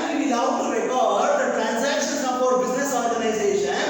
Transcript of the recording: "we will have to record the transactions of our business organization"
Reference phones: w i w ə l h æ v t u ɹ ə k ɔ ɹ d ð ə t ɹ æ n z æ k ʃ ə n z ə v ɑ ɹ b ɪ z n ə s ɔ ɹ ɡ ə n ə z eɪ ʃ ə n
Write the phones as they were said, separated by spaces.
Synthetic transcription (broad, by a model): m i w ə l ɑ w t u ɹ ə k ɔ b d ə t ɹ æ n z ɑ k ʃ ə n s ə p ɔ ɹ b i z n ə s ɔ ɹ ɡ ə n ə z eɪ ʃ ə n